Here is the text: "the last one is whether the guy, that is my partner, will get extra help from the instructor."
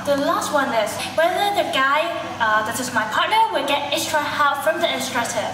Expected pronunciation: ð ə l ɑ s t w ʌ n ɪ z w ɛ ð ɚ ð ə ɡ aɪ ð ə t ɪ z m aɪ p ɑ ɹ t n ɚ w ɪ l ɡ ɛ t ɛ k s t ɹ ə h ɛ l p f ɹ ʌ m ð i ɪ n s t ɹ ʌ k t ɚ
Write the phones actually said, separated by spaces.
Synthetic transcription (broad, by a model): ð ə l ɑ s t w ʌ n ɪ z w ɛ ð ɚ ð ə ɡ aɪ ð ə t ɪ z m aɪ p ɑ ɹ t n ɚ w ɪ l ɡ ɛ t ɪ s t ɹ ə h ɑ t f ɹ ʌ m ð i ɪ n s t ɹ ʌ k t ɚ